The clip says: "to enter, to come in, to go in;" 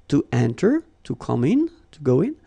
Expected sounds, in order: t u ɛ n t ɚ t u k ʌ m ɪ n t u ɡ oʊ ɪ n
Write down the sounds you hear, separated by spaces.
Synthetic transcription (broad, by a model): t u ɛ n t ɚ t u k ʌ m ɪ n t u ɡ oʊ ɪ n